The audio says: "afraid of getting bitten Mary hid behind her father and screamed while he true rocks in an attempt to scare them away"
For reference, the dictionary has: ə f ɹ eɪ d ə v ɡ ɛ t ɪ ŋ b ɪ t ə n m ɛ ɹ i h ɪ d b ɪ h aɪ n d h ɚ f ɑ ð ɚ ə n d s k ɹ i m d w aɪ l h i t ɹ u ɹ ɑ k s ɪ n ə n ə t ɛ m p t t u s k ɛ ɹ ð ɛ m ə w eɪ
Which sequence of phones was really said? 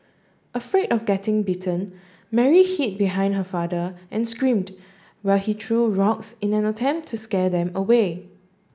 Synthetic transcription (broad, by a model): ə f ɹ eɪ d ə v ɡ ɛ t ɪ ŋ b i t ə n m ɛ ɹ i h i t b ɪ h aɪ n d h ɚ f ɑ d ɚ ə n s k ɹ i m d w aɪ l h i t ɹ u ɹ ɑ k s ɪ n ə n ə t ɛ m p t t u s k ɛ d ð ɛ m ə w eɪ